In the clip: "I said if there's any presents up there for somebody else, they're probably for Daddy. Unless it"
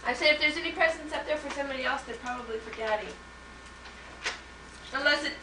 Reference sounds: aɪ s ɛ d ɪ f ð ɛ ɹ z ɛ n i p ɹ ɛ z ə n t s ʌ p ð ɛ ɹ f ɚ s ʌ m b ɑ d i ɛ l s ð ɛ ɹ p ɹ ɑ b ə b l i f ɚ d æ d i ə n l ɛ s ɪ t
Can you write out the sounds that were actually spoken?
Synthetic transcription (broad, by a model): aɪ s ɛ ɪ ɪ f ð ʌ ɹ z ɛ n i p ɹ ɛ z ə n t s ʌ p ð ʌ ɹ f ɚ s ʌ m b ɑ d i ɛ l s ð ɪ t p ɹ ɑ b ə b l i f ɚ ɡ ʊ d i ə n l ɛ s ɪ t